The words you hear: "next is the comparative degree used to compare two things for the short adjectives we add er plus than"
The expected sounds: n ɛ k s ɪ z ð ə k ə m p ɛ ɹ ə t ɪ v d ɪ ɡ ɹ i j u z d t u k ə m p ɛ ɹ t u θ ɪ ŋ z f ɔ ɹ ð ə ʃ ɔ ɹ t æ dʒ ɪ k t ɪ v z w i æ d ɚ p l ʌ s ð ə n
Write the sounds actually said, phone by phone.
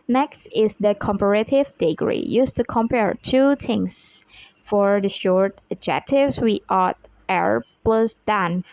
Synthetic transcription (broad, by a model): n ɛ k s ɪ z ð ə k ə m p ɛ ɹ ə t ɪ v d ɪ ɡ ɹ i j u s t u k ə m p ɛ ɹ t u t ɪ ŋ s f ɔ ɹ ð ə ʃ ɔ ɹ t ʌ dʒ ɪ k t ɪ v s w i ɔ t ɚ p l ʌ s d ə n